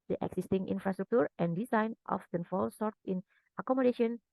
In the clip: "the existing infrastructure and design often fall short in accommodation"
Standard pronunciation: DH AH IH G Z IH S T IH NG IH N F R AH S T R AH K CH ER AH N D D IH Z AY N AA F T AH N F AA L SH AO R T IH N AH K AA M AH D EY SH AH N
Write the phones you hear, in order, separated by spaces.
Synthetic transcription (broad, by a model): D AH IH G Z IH S T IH NG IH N F R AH S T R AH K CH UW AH N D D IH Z AY N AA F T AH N F AA L S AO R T IH N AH K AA M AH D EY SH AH N